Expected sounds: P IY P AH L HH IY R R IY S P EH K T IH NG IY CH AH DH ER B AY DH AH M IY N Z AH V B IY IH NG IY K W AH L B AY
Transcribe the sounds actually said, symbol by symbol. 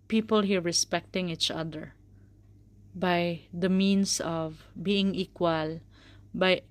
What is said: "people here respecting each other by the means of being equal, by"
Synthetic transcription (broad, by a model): P IY P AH L HH IY R R IY S P EH K T IH NG IY CH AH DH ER B AY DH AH M IY N S AH V B IY IH NG IY K W AH L B AY